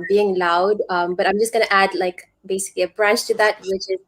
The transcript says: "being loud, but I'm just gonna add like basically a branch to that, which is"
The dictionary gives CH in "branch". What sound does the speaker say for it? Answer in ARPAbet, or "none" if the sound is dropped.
CH